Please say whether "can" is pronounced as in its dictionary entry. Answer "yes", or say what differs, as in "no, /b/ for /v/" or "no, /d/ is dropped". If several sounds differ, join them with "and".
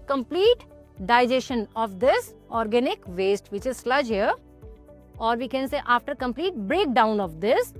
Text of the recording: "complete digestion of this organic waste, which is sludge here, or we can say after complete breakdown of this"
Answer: yes